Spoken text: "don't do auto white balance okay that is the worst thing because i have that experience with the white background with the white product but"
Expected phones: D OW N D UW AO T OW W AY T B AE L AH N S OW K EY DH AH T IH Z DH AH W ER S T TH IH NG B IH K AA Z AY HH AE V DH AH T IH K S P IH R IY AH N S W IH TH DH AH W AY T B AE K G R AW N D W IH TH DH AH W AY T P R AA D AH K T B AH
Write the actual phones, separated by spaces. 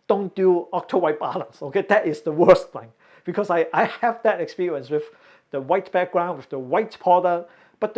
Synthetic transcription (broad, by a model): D OW N D UW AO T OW W AY T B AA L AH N S OW K EY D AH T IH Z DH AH W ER S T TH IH NG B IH K AA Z AY HH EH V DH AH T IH K S P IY R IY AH N S W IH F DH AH W AY T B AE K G R AW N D W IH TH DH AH W AY T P AA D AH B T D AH